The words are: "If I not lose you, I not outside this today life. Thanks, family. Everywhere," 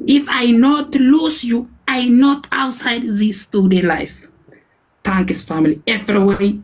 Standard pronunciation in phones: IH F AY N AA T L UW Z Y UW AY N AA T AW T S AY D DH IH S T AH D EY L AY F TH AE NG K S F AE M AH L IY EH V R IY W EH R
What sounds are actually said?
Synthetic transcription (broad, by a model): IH F AY N AA T L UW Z Y UW AY N AA T AW T S AY D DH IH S T AH D EY L AY F T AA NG K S F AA M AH L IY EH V R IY W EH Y